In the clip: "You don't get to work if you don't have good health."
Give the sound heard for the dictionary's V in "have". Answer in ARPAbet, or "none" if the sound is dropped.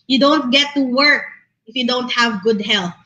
V